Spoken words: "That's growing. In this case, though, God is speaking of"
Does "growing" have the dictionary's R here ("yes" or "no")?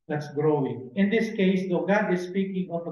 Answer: yes